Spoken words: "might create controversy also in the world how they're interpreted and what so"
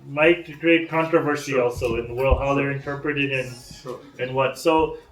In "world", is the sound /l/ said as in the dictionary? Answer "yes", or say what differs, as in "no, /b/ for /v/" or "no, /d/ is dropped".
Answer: yes